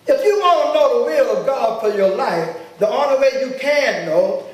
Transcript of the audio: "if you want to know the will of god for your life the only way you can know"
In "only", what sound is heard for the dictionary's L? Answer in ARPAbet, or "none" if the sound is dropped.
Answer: none